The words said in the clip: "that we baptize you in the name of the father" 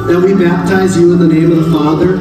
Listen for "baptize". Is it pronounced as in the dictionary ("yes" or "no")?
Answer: yes